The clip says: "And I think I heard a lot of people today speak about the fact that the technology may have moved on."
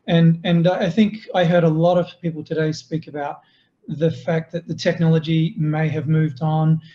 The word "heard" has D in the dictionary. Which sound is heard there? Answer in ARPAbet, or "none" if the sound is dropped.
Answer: D